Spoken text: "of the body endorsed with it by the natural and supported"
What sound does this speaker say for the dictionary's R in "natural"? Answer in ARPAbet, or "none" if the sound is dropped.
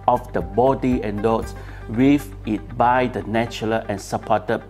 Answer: L